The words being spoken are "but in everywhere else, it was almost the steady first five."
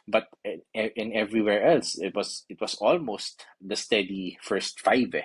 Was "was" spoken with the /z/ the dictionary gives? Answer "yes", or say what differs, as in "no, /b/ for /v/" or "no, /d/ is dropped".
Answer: no, /s/ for /z/